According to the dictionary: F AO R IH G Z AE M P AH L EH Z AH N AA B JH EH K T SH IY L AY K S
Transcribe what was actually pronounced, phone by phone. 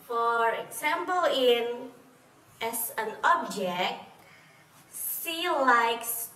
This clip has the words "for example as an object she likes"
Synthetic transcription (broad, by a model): F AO R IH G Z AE M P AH L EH S AH N AA B JH EH K T S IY L AY K S